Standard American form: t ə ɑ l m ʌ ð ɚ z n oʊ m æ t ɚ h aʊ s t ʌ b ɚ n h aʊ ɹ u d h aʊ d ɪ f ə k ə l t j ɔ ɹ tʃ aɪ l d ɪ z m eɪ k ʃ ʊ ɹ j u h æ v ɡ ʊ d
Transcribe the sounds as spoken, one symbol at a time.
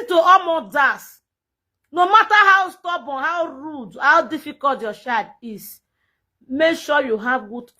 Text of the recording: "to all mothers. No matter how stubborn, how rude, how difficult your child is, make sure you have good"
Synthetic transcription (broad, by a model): t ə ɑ m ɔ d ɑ s n oʊ m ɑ t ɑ h aʊ s t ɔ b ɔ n h aʊ ɹ u d h aʊ d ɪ f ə k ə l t j ɔ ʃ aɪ d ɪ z m eɪ k ʃ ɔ j u h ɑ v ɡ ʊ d